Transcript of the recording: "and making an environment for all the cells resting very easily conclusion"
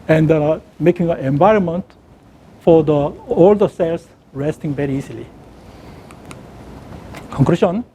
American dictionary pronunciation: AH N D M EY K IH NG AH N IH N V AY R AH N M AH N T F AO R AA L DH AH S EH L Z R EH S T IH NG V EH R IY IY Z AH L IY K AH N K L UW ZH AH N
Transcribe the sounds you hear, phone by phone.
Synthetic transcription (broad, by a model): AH N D M EY K IH NG AH N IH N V AY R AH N M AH N T F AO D AA L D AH S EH L S R EH S T IH NG V EH R IY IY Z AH L IY K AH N K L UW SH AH N